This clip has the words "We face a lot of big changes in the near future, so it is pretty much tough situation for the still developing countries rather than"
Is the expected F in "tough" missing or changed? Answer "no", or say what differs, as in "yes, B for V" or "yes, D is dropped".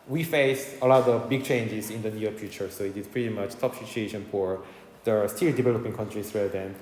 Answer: yes, P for F